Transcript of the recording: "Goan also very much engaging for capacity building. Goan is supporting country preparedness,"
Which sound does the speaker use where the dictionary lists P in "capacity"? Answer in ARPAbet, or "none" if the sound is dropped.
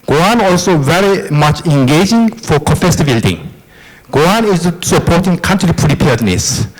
F